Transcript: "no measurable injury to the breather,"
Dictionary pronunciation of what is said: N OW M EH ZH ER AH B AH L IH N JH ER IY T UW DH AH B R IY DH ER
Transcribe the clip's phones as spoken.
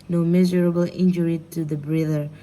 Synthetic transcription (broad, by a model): N OW M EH Z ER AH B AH L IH N JH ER IY T UW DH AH B R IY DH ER